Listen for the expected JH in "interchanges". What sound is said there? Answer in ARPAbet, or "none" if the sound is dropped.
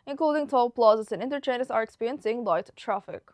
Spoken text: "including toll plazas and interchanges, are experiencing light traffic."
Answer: none